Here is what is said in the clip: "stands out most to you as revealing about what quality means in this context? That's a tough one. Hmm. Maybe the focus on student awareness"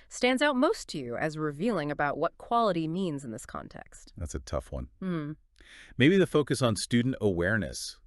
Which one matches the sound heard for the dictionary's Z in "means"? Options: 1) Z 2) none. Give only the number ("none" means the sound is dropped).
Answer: 1